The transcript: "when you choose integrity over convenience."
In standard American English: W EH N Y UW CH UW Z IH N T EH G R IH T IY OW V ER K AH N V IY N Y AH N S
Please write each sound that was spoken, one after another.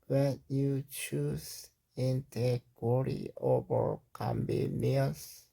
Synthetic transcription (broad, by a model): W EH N Y UW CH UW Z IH N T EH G W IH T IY OW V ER K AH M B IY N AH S